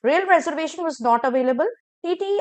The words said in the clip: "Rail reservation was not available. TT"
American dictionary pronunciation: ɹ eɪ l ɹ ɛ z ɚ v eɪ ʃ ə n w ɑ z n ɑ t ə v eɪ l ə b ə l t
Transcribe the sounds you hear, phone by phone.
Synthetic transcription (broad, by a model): ɹ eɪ l ɹ ɛ z ɚ v eɪ ʃ ə n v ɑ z n ɑ t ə v eɪ l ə b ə l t